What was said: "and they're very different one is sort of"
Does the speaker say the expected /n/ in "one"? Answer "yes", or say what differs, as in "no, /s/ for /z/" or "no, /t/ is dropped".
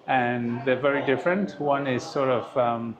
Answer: yes